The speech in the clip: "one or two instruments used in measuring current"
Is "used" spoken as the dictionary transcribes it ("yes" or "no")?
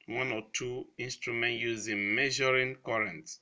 no